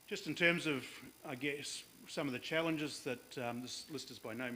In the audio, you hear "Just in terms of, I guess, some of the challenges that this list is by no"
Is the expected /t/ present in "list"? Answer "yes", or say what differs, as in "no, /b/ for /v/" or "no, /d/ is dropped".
yes